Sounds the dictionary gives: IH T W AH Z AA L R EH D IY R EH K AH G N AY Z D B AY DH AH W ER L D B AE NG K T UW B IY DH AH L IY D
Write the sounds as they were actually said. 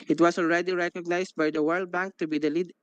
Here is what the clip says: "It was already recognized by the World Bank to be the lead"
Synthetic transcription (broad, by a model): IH T W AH S AA L R EH D IY R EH K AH G N AY S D B AY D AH W ER L D B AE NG K T UW B IY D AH L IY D